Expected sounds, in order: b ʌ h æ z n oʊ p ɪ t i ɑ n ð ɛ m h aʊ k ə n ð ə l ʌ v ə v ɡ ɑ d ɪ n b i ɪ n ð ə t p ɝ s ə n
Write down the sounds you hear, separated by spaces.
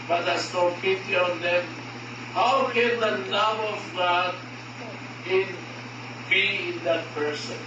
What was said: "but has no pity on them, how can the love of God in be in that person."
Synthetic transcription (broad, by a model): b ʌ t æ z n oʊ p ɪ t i ɑ n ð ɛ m h aʊ k ə n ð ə n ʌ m ə v ɡ ɑ d ɪ n b i ɪ n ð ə t p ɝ s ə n